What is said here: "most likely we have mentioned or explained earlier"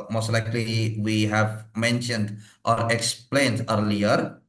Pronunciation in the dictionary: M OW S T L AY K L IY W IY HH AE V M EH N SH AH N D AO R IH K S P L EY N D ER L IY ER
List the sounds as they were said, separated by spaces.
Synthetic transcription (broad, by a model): M OW S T L AY K L IY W IY HH AE V M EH N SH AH N D AO R IH K S P L EY N D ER L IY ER